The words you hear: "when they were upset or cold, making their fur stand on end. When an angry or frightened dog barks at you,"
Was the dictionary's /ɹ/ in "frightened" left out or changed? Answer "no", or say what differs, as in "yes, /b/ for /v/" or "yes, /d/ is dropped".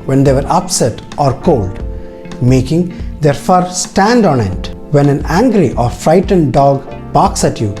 no